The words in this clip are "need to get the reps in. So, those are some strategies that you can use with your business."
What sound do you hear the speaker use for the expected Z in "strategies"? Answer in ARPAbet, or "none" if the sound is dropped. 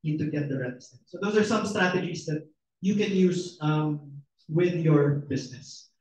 S